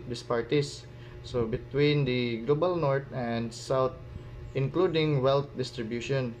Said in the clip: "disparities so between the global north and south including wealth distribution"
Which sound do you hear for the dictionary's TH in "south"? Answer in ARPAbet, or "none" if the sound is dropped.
T